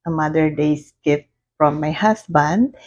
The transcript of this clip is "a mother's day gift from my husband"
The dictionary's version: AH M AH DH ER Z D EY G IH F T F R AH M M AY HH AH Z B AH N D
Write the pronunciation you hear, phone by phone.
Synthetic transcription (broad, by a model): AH M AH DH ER D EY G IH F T F R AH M M AY HH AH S B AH N D